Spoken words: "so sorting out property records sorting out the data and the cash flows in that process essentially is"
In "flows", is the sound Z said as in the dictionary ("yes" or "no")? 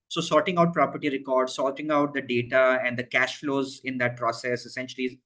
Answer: yes